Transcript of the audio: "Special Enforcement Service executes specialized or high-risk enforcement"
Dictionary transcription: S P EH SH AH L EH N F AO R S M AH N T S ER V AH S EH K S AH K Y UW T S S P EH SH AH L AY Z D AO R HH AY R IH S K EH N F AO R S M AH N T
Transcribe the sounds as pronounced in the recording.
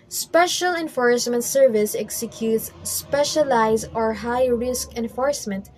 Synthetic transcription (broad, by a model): S P EH SH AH L EH N F AO R S M AH N T S ER V AH S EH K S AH K Y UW T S S P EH SH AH L AY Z AO R HH AY R IH S K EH N F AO R S M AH N T